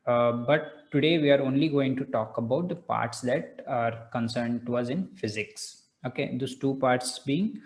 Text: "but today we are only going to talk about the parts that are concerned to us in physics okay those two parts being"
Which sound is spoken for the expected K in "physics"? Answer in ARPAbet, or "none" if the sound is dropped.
K